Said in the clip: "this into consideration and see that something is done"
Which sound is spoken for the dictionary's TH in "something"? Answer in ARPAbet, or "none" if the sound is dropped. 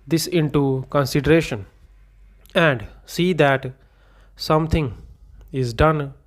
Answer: T